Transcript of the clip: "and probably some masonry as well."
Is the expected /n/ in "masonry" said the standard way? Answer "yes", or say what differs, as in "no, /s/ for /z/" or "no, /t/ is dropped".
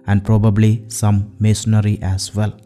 no, /n/ is dropped